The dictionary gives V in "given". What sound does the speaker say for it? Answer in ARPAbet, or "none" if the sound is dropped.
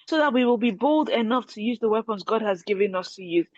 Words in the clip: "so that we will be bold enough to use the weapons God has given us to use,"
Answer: V